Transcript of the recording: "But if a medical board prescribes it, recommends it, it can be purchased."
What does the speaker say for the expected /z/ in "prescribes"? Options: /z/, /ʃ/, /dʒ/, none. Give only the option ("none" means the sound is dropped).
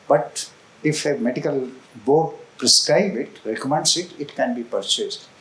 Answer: none